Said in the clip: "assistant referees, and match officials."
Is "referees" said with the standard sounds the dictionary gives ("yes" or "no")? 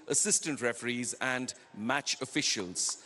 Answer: yes